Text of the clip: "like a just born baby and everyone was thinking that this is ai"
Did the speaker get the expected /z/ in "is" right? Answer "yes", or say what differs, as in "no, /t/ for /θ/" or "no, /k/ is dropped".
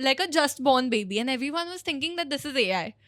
yes